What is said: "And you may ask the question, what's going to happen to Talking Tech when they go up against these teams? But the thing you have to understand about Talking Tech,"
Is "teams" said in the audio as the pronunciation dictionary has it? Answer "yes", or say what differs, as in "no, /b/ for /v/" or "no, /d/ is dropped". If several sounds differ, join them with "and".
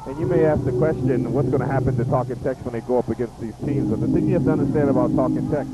yes